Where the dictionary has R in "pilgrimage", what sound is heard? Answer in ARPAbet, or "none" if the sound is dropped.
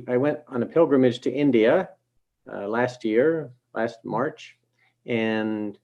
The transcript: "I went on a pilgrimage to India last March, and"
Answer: R